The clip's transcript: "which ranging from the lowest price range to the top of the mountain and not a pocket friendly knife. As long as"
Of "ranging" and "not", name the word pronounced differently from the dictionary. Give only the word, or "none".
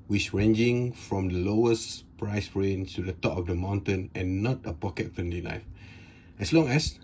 none